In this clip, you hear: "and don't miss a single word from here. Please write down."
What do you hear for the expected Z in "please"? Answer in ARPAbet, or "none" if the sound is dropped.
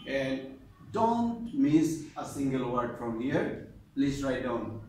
S